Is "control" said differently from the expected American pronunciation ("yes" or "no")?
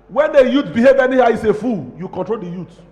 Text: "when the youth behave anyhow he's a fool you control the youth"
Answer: no